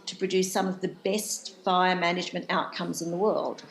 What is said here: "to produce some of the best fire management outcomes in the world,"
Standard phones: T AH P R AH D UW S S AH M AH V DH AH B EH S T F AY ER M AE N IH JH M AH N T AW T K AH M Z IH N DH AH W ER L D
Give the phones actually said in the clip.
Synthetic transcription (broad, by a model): T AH P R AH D UW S S AH M AH V DH AH B EH S T F AY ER M AE N IH JH M AH N T AW T K AH M Z IH N DH AH W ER L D